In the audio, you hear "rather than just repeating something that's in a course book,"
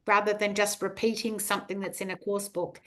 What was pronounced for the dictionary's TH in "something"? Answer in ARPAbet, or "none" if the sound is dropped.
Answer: TH